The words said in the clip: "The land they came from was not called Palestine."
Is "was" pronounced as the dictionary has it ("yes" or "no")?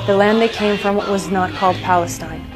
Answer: yes